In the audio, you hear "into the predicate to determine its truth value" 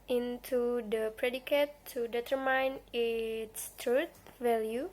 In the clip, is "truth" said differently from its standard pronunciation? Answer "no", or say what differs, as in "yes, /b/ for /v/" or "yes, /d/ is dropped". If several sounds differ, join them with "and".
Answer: yes, /t/ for /θ/